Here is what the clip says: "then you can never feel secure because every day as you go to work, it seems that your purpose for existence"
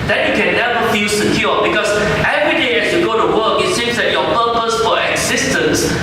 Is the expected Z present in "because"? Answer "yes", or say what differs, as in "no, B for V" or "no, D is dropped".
no, S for Z